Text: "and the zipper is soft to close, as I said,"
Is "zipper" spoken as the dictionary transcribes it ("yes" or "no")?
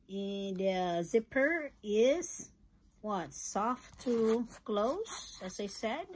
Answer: yes